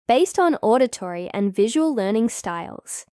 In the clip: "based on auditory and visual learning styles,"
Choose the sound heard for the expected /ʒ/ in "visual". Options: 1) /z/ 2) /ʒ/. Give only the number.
2